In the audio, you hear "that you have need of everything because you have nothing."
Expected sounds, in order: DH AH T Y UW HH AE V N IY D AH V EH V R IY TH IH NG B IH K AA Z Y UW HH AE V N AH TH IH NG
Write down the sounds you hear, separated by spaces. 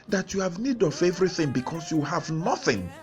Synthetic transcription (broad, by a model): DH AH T Y UW HH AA V N IY D AH V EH V R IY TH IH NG B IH K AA S Y UW HH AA V N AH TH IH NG